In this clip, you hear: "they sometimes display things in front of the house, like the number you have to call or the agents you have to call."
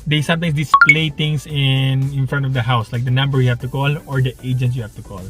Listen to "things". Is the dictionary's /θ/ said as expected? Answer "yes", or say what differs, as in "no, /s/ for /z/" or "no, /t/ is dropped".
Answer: no, /t/ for /θ/